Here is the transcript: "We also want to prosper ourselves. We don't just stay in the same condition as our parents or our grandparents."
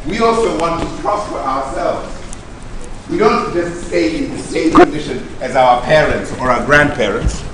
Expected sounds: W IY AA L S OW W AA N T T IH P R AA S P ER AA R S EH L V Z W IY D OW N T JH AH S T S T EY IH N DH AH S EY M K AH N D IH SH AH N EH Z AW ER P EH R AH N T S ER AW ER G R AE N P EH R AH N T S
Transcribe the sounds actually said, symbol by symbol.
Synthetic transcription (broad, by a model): W IY AA L S OW W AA N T T IH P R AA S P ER AA R S EH L V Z W IY D OW N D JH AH S T S T EY IH N DH AH S EY M K AH N D IH SH AH N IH Z AW ER P EH R AH N T S ER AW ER G R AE N P EH R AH N T S